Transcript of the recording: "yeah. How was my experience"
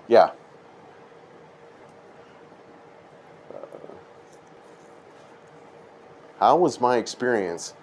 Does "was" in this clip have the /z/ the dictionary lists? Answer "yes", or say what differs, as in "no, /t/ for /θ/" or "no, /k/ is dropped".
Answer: yes